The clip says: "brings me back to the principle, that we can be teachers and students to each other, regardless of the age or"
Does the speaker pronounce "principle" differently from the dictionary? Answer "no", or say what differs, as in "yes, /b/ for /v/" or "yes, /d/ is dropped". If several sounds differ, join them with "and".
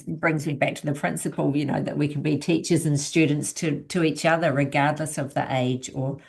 yes, /n/ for /l/